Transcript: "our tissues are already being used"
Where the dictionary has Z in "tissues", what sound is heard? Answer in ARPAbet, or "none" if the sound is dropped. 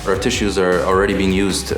Z